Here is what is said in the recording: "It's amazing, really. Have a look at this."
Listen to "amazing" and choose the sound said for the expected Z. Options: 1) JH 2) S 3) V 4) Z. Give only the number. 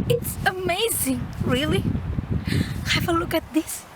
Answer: 4